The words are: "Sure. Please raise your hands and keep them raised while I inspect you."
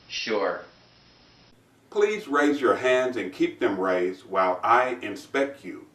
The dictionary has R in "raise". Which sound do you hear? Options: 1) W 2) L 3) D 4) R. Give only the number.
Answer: 4